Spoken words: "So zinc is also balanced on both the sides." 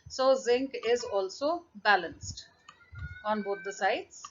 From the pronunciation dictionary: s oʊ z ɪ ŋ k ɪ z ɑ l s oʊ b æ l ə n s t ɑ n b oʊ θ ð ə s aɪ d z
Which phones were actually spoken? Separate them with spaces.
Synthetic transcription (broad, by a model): s oʊ z ɪ ŋ k ɪ z ɑ l s oʊ b æ l ə n s t ɑ n b oʊ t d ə s aɪ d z